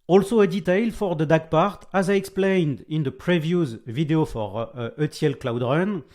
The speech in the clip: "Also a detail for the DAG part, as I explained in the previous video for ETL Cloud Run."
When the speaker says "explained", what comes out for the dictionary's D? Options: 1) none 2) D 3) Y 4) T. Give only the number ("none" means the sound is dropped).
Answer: 2